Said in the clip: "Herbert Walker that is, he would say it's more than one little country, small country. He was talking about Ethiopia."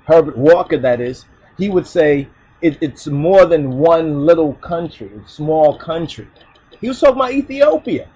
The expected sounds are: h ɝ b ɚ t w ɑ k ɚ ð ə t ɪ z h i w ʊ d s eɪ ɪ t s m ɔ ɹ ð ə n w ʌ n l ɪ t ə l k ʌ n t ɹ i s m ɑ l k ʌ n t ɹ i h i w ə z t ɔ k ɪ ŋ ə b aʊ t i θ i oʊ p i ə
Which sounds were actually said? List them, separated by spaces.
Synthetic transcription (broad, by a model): h ɝ b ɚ t w ɑ k ɚ ð ə t ɪ z h i w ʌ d s eɪ ɪ t s m ɔ ɹ ð ə n w ʌ n l ɪ t l k ʌ n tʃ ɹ i s m ɑ l k ʌ n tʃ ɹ i h i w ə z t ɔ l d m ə ɪ i θ i oʊ p i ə